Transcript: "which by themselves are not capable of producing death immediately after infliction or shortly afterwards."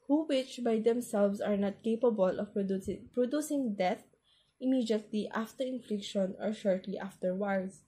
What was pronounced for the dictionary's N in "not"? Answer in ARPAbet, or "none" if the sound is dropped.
N